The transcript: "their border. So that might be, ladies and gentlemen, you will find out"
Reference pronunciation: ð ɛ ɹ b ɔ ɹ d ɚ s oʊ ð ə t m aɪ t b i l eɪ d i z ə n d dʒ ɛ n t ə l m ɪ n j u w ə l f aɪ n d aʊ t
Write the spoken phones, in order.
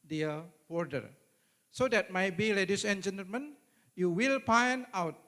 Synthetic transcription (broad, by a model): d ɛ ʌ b ɔ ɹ d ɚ s oʊ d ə t m aɪ t b i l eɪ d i s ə n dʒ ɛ n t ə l m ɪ n j u w ə l p aɪ n aʊ t